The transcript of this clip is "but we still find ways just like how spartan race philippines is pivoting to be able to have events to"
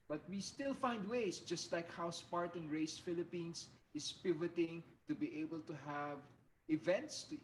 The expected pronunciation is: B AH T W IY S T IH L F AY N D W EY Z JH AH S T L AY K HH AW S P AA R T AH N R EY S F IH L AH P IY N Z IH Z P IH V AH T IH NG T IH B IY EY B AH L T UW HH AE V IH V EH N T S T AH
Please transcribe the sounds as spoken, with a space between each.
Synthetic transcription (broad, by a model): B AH T W IY S T IH L F AY N D W EY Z JH AH S T L AY K HH AW S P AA R T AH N R EY S F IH L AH P IY N S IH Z P IH V AH T IH NG T IH B IY EY B AH L T UW HH AE V IH V EH N T S T